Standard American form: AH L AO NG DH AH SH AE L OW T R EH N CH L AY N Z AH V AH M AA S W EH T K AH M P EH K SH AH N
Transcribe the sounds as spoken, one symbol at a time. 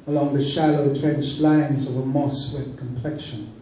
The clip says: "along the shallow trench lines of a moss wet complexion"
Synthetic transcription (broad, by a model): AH L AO NG DH AH SH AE L OW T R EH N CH L AY N Z AH V AH M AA S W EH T K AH M P EH K SH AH N